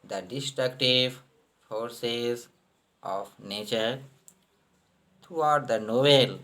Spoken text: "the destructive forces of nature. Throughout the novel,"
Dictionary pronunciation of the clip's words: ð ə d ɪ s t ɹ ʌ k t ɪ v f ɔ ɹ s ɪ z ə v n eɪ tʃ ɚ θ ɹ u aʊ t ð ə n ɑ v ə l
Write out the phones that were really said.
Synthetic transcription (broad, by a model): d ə d ɪ s t ɹ ʌ k t ɪ v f ɔ ɹ s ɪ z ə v n eɪ tʃ ɚ t ɹ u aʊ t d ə n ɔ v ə l